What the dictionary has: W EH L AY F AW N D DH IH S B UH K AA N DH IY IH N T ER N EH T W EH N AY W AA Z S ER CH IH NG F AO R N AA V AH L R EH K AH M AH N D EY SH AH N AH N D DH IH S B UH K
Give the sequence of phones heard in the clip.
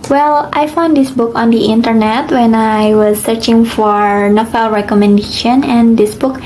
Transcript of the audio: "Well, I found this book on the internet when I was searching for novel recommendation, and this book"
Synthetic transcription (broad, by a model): W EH L AY F AW N D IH S B UH K AA N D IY IH N T ER N EH T W EH N AY W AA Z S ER CH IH NG F AO R N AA F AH L R EH K AH M AH N D EY SH AH N AH N D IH S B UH K